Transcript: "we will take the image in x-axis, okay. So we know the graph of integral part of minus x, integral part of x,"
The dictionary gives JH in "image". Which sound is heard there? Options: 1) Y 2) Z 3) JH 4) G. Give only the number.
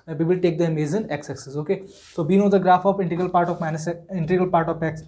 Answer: 2